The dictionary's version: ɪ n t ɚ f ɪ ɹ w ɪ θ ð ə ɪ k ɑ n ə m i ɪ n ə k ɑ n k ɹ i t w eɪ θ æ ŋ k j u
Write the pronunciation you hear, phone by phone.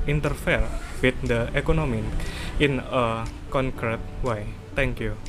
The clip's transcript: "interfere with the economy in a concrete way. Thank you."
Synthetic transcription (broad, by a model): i n t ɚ f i ɹ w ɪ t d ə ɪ k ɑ n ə m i ɪ n ə k ɑ n k ɹ i t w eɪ t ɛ ŋ k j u